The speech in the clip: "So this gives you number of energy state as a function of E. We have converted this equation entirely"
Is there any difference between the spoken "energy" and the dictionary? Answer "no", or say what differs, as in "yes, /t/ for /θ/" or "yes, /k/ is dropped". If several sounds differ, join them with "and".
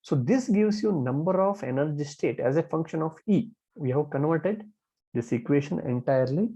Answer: no